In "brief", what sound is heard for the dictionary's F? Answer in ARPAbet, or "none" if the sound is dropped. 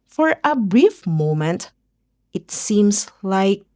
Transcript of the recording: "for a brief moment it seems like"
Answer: F